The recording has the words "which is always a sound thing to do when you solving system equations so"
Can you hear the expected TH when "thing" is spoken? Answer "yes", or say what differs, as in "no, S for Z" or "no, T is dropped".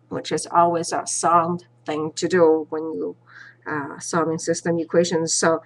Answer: yes